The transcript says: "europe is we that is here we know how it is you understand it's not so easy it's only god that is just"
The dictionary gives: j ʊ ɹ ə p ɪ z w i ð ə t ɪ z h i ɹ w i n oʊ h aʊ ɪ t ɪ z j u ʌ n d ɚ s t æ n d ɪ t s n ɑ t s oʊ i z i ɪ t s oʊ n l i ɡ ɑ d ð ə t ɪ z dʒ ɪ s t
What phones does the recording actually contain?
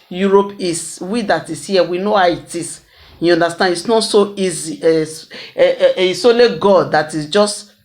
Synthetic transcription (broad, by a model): j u ɹ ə p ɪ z w i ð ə t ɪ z h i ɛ w i n oʊ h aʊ ɪ t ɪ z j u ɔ n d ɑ s t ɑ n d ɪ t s n ɑ t s oʊ i z i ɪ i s oʊ l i ɡ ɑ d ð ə t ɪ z dʒ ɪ s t